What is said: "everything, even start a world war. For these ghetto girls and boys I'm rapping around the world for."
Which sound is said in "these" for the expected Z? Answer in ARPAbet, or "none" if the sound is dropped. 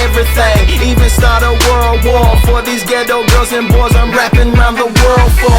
Z